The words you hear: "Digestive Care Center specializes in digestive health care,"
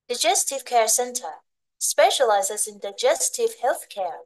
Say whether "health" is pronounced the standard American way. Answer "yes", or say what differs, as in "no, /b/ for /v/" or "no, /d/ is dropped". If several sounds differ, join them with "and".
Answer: yes